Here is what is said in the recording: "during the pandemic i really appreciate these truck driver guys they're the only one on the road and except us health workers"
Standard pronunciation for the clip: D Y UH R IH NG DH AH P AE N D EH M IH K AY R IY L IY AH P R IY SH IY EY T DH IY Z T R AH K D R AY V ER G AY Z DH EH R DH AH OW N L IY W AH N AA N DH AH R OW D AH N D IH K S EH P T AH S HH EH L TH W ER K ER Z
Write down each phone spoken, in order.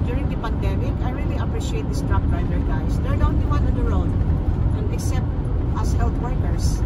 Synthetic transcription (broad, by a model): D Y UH R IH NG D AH P AE N D EH M IH K AY R IY L IY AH P R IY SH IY EY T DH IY S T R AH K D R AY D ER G AY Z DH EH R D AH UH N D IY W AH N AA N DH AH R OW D AH N D IH K S EH P T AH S HH EH L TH W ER K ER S